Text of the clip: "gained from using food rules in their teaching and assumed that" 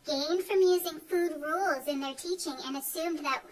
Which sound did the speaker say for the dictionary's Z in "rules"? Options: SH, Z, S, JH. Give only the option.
Z